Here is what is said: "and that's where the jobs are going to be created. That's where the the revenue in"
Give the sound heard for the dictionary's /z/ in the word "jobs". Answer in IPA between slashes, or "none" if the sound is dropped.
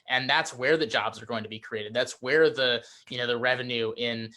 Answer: /z/